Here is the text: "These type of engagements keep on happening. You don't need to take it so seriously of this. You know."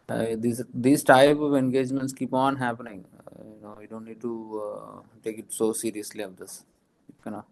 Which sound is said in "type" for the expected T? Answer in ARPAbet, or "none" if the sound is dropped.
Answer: T